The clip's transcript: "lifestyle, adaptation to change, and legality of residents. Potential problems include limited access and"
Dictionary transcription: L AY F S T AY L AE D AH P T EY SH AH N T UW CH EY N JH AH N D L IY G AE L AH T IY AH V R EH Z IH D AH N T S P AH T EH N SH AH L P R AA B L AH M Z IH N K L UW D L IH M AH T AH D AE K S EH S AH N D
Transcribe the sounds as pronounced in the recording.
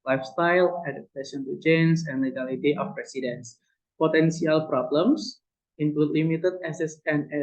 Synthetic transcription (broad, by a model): L AY F S T AY L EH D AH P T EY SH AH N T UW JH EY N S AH N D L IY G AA L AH T IY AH F R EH S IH D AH N S P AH T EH N S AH L P R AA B L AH M S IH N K L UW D L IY M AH T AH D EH S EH S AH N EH